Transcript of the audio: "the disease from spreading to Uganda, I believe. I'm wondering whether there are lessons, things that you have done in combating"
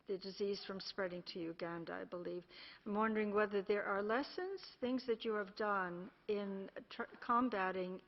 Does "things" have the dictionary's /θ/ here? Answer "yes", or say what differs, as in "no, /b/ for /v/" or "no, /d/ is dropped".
yes